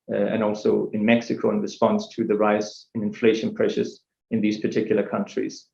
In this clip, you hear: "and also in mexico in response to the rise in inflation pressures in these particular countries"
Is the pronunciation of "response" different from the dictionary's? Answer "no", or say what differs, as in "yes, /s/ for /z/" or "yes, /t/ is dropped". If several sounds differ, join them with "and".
no